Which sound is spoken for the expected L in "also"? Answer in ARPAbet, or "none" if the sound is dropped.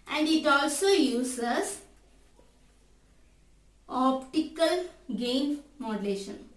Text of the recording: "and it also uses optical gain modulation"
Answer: L